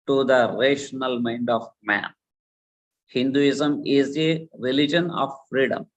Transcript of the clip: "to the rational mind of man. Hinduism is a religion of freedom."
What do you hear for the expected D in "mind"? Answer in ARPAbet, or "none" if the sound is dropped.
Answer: D